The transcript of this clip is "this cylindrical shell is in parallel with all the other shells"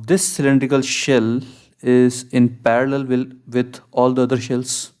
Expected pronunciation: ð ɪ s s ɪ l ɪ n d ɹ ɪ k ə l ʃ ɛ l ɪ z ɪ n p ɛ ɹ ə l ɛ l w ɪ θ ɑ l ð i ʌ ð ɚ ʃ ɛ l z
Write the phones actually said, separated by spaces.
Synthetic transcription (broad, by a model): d ɪ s s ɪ l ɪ n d ɹ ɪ k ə l ʃ ɛ l ɪ z ɪ n p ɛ ɹ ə l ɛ l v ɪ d ɑ l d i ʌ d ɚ ʃ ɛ l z